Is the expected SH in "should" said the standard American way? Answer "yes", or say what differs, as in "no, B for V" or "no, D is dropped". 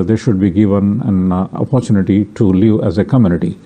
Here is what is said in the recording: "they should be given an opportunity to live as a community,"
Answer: yes